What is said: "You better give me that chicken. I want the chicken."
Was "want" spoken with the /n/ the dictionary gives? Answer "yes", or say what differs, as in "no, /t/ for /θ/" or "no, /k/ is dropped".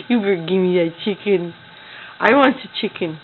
yes